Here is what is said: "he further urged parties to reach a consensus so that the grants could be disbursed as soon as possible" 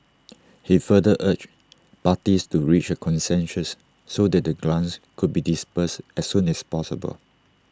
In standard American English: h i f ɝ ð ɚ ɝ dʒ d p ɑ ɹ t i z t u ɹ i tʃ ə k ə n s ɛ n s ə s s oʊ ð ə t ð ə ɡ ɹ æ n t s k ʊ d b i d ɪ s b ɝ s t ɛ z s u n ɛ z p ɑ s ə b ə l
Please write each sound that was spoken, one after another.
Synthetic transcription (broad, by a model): h i f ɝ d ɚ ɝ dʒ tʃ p ɑ t i s t u ɹ i tʃ ə k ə n s ɛ n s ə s s oʊ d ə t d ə ɡ l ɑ n s k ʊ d b i d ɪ s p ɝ s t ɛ s u n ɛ s p ɑ s ə b ə l